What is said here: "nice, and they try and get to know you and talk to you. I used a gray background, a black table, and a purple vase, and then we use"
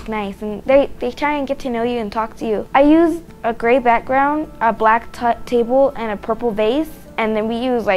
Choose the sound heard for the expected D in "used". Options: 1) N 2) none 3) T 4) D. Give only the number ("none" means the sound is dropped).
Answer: 2